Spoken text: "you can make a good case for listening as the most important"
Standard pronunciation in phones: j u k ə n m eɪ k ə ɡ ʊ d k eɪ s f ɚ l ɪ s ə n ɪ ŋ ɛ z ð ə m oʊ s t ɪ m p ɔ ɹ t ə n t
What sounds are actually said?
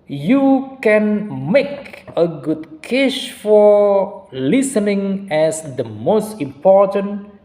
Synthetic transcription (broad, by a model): j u k ə n m eɪ k ə ɡ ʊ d k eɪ ʃ f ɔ l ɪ s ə n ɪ ŋ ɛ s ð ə m oʊ s t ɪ m p ɔ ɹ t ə n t